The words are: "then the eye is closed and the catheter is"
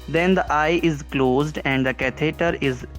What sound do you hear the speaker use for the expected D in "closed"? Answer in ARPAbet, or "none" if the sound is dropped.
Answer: D